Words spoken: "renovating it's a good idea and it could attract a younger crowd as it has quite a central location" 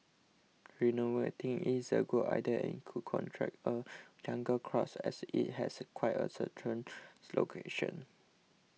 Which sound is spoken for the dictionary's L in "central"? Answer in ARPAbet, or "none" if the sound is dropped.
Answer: N